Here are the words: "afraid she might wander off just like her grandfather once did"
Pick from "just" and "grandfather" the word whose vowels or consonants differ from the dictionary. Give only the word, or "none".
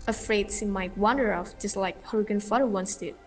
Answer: grandfather